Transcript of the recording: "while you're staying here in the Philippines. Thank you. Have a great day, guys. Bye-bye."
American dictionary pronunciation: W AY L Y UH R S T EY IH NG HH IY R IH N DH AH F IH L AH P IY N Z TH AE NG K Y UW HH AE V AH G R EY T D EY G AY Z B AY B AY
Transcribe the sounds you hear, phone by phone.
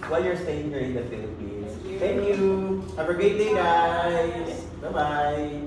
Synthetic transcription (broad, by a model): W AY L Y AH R S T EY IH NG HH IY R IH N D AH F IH L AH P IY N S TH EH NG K Y UW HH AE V AH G EY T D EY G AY B AY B AY